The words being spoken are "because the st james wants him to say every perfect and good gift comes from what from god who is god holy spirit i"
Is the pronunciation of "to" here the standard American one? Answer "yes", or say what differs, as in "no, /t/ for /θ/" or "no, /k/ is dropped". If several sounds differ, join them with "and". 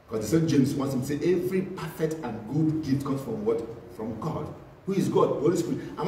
no, /s/ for /t/